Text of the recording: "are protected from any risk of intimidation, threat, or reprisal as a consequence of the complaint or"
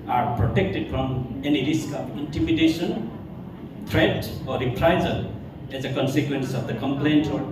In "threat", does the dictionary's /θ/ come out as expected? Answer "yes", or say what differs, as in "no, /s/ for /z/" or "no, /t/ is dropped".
no, /t/ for /θ/